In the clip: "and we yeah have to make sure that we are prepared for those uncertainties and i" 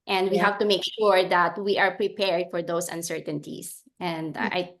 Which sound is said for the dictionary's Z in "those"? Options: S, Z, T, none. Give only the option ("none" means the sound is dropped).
S